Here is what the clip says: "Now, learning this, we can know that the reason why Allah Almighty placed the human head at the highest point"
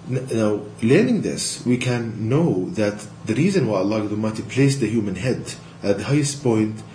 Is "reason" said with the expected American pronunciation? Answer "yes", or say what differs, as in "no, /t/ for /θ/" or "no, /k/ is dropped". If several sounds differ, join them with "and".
yes